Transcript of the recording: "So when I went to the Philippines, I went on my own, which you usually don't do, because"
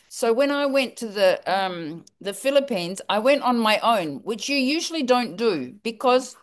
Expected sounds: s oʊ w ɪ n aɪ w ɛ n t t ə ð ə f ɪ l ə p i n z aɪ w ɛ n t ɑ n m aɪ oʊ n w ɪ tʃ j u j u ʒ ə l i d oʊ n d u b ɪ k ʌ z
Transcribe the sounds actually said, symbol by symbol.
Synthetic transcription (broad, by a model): s oʊ w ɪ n aɪ w ɛ n t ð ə ð ə f ɪ l ə p i n z aɪ w ɛ n t n m aɪ oʊ n w ɪ tʃ j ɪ j u ʒ l i d oʊ n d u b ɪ k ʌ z